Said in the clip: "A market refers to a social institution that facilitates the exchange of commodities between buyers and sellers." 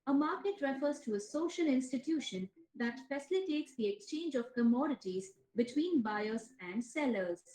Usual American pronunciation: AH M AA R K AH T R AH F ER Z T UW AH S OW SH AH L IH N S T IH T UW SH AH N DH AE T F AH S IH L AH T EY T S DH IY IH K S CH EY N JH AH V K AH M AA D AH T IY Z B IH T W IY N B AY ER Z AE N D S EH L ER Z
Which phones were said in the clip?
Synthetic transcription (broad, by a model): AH M AA R K AH T R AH F ER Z T UW AH S OW SH AH L IH N S T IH T UW SH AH N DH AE T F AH S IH L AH T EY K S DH IY IH K S CH EY N JH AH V K AH M AA D AH T IY Z B IH T W IY N B AY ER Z AE N D S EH L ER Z